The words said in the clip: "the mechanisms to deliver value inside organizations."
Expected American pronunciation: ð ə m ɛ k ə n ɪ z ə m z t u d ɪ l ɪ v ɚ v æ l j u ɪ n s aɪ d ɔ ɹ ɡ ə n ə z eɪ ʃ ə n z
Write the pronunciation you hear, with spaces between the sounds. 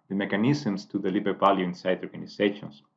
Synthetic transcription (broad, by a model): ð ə m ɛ k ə n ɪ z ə m s t u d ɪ l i b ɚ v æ l j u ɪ n s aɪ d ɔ ɹ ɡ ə n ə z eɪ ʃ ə n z